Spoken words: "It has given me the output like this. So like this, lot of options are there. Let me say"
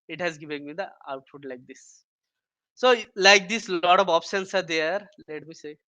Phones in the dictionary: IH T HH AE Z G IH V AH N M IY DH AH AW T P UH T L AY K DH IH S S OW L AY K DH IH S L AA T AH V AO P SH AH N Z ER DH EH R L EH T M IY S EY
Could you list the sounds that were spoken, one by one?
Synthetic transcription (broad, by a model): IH T HH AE Z G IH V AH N M IY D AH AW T F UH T L AY K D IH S S OW L AY K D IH S L AA T AH V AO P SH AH N S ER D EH R L EH T M IY S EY